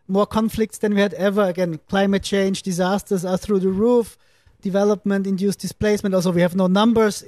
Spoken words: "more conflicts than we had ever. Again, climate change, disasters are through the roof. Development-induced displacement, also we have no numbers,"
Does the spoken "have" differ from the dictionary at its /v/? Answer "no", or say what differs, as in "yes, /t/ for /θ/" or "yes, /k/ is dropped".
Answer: no